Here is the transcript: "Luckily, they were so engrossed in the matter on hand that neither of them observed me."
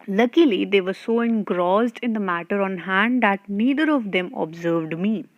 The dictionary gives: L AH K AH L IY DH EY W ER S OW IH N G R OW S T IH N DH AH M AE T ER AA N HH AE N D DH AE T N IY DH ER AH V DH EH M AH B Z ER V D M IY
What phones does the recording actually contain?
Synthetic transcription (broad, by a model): L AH K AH L IY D EY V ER S OW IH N G R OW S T IH N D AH M AE T ER AA N HH AE N D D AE T N IY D ER AH V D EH M AH B Z ER V D M IY